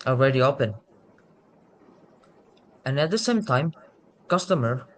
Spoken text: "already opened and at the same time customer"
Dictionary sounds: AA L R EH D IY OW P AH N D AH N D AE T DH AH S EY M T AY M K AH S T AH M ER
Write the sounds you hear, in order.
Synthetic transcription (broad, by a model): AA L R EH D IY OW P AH N AH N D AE T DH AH S EY M T AY M K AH S T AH M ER